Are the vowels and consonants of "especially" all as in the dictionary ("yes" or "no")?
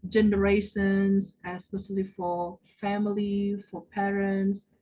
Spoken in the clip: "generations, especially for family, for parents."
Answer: no